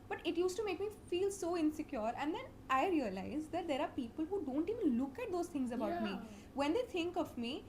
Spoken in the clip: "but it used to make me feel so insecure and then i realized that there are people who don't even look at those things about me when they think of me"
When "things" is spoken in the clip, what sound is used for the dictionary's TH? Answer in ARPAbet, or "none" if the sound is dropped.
T